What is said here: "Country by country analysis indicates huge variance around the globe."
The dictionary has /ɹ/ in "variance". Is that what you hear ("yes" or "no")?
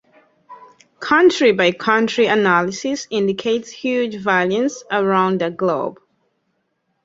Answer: no